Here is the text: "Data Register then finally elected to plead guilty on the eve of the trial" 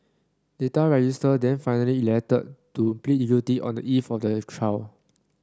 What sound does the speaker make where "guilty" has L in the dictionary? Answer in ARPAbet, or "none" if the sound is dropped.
none